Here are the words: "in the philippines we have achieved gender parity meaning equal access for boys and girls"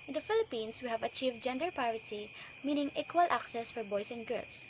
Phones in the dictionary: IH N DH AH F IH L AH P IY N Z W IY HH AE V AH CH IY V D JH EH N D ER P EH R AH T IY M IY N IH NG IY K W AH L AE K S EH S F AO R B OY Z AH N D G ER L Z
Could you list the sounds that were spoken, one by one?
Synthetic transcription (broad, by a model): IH N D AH F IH L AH P IY N S W IY HH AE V AH CH IY V D JH EH N D ER P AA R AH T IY M IY N IH NG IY K W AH L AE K S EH S F AO R B OY S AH N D G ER L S